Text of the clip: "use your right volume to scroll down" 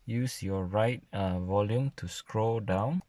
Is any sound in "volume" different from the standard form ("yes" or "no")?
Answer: no